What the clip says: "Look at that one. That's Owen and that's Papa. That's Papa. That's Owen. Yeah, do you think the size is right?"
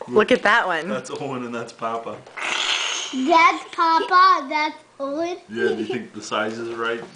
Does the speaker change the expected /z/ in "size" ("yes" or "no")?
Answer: no